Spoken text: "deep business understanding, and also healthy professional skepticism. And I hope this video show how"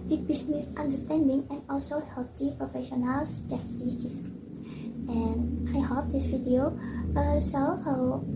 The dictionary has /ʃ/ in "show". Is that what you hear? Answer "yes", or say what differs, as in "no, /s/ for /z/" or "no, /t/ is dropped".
no, /s/ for /ʃ/